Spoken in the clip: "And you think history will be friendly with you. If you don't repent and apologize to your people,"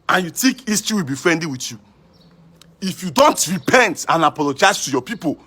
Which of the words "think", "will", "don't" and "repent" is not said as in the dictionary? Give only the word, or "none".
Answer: think